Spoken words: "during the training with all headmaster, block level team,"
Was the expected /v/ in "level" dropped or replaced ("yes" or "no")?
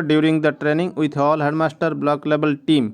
yes